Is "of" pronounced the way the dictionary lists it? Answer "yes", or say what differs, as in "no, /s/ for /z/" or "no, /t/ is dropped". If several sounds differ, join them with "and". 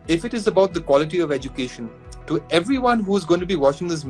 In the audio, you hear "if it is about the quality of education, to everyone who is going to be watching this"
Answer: yes